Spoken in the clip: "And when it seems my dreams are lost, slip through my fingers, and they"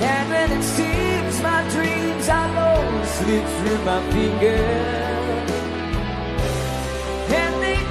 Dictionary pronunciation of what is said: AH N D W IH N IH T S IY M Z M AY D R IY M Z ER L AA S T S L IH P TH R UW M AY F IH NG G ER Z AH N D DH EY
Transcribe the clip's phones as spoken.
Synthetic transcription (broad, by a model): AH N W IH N IH T S IY M Z M AY D R IY M Z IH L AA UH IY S L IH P TH R UW M AY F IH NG G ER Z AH N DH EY